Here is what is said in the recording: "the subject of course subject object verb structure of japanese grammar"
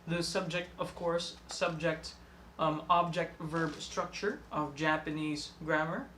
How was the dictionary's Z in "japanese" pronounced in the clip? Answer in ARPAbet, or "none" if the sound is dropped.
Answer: Z